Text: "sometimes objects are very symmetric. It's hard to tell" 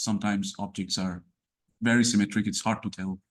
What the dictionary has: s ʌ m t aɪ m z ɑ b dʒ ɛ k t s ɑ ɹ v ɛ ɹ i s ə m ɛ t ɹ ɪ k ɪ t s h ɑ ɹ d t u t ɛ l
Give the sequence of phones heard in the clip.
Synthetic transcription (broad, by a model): s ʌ m t aɪ m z ɑ b dʒ ɛ k t s ɑ ɹ v ɛ ɹ i s ə m ɛ t ɹ ɪ k ɪ t s h ɑ ɹ d t u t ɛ l